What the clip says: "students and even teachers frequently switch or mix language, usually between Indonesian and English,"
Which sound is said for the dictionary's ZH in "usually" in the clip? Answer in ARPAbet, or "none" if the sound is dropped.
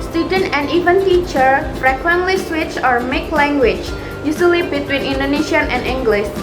S